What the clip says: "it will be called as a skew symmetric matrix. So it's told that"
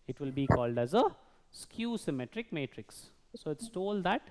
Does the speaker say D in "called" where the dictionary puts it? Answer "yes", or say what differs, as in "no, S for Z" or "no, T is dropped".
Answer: yes